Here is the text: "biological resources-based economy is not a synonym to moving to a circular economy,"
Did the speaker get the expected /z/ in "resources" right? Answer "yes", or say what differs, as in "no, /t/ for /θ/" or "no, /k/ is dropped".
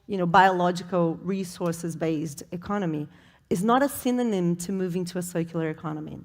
yes